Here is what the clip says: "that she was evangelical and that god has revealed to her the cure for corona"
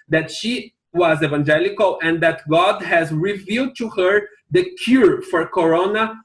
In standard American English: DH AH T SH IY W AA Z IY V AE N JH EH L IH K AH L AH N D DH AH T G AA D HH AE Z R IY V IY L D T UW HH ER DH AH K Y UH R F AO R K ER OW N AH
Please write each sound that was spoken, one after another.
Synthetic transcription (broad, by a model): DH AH T SH IY W AA Z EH V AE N JH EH L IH K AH L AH N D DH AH T G AA D HH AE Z R IY V IY L D T UW HH ER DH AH K Y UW R F AO R K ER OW N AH